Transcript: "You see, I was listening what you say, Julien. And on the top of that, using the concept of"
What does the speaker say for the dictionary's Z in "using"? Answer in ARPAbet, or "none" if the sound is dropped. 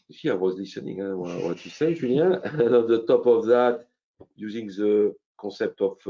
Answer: Z